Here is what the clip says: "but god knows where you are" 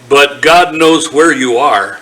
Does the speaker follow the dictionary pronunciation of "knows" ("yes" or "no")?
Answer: yes